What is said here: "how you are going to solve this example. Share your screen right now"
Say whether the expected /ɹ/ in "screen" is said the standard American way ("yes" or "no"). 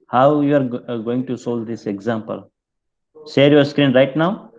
yes